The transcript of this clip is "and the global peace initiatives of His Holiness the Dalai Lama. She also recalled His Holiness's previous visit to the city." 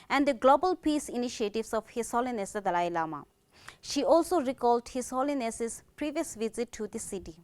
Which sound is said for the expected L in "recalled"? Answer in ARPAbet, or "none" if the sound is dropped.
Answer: L